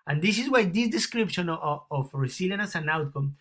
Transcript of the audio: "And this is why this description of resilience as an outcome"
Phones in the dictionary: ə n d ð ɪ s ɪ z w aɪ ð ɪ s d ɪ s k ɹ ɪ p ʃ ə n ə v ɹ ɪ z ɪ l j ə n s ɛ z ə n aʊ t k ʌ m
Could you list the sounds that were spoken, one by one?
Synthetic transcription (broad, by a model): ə n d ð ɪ s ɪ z w aɪ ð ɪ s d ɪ s k ɹ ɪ p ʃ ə n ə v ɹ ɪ s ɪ l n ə s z ə n aʊ t k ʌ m